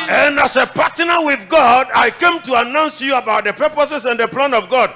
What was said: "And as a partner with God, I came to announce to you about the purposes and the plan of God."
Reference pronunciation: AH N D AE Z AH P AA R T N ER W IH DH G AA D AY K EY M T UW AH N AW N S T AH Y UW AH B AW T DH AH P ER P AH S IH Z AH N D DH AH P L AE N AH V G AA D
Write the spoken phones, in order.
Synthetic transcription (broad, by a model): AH N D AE S AH P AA T N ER W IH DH G AA D AY K EY M T UW AH N AW N S Y UW AH B AW T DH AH P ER P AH S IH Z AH N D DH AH P L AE N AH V G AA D